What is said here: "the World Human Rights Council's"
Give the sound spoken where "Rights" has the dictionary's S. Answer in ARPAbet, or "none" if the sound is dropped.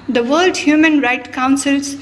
none